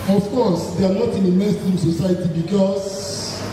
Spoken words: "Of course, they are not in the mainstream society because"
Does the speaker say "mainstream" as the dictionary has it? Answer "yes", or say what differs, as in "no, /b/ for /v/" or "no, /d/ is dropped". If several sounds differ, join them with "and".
no, /n/ is dropped and /ɹ/ is dropped